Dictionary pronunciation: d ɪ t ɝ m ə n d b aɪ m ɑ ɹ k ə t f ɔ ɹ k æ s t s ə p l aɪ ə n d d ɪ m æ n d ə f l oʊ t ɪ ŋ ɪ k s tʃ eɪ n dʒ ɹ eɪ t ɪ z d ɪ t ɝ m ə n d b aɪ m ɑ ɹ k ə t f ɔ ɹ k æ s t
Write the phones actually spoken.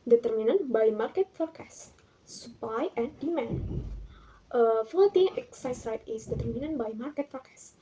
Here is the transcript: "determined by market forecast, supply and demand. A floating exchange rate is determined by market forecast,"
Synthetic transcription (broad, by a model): d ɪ t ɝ m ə n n b aɪ m ɑ ɹ k ə t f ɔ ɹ k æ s s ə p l aɪ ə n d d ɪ m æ n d ə f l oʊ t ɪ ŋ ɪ k s ɑ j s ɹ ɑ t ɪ s d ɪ t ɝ m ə n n b aɪ m ɑ ɹ k ə t f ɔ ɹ k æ s